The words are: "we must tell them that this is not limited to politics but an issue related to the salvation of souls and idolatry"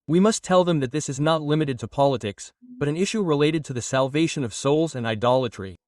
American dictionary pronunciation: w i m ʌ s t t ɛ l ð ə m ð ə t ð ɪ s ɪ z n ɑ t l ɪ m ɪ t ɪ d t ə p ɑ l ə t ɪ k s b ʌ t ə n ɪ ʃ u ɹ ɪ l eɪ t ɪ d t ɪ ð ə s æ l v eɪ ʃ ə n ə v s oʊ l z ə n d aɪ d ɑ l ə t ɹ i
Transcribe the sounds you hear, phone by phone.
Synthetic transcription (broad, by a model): w i m ʌ s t t ɛ l ð ə m ð ə t ð ɪ s ɪ z n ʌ t l ɪ m ɪ t ɪ d t ə p ɑ l ə t ɪ k s b ʌ t ə n ɪ ʃ u ɹ ɪ l eɪ t ɪ d t ɪ ð ə s æ l v eɪ ʃ ə n ə v s oʊ l z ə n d aɪ d ɑ l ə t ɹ i